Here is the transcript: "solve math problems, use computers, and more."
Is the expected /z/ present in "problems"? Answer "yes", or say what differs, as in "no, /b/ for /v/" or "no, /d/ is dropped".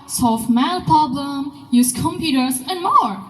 no, /z/ is dropped